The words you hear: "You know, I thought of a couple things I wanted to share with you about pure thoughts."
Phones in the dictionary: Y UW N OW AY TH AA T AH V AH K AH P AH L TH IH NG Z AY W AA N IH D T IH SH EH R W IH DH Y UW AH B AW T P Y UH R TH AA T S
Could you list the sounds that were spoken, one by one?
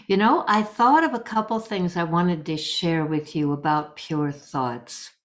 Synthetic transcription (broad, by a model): Y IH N OW AY TH AA T AH V AH K AH P L TH IH NG Z AY W AA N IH D T IH SH EH R W IH DH Y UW AH B AW T P Y UH R TH AA T S